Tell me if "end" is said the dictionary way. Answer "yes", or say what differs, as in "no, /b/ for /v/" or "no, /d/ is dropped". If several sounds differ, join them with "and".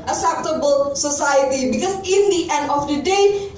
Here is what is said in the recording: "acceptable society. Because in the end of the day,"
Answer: yes